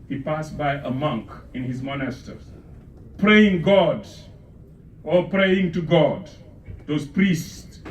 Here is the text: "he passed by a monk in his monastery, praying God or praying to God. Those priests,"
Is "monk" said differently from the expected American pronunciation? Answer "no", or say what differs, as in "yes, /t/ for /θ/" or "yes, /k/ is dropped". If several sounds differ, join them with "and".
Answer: no